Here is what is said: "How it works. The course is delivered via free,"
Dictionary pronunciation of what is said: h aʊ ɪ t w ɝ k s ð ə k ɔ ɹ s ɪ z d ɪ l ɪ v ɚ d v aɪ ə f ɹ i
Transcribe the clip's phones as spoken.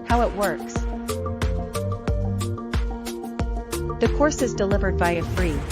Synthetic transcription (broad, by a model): h aʊ ɪ t w ɝ k s ð ə k ɔ ɹ s ɪ z d ɪ l ɪ v ɚ d b aɪ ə f ɹ i